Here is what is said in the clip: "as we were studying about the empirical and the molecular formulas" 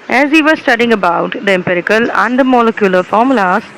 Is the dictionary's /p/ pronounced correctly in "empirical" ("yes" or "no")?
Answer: yes